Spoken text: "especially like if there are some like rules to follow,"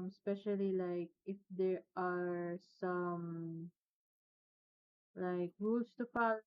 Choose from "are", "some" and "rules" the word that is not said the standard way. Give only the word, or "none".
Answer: rules